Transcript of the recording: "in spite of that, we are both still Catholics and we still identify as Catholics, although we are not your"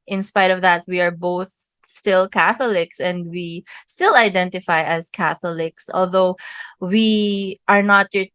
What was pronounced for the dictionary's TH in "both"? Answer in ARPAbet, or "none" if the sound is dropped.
TH